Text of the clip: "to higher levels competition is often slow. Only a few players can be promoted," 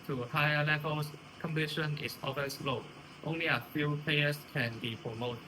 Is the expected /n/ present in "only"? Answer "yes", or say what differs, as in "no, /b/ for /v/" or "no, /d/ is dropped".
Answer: yes